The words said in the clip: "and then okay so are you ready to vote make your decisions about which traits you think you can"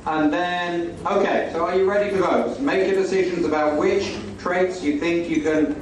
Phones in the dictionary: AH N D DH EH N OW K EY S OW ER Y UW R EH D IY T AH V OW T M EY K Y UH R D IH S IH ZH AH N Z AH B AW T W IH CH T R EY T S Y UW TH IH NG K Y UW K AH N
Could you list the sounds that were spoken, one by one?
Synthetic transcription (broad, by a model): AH N DH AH N OW K EY S OW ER Y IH R EH D IY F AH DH OW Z M EY K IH D IH S IH ZH AH N Z AH B AW T W IH CH T R EY T S Y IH TH IH NG K Y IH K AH N